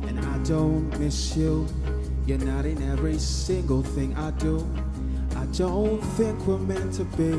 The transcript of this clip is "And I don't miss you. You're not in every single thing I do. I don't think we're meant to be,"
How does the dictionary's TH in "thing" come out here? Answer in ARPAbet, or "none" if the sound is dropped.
TH